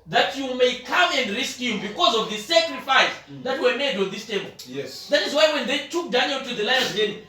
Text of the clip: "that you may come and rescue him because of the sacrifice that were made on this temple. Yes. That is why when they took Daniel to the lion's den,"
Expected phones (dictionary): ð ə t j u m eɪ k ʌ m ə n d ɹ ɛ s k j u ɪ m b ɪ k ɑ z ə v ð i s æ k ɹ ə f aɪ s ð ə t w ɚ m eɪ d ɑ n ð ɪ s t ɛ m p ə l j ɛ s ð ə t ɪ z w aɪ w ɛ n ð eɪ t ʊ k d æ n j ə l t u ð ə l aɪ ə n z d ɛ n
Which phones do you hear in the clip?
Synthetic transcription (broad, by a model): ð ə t j u m eɪ k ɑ m ə n d ɹ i s k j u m b ɪ k ɑ z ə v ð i s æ k ɹ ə f aɪ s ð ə t w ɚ m eɪ d ɑ n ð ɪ s t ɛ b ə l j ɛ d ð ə t ɪ z w aɪ w ɛ n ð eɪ t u k d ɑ n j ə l t u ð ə l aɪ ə z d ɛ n